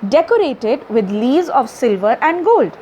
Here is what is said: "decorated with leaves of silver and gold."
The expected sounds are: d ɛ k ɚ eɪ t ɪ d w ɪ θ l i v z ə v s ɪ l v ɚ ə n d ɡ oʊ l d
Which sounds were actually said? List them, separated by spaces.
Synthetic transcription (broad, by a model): d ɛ k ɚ eɪ t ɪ d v ɪ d l i z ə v s ɪ l v ɚ ə n d ɡ oʊ l d